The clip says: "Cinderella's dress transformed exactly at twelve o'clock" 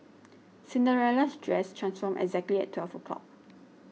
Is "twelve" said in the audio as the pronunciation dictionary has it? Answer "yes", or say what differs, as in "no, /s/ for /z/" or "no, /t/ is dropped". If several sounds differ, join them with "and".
no, /f/ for /v/